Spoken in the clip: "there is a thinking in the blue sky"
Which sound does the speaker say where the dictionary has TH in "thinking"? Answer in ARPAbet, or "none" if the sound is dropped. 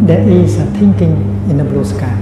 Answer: T